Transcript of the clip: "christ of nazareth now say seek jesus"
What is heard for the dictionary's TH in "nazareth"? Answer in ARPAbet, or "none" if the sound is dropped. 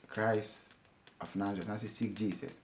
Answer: S